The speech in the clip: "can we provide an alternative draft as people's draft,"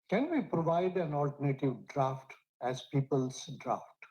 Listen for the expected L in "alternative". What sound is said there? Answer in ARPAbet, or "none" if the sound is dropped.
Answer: L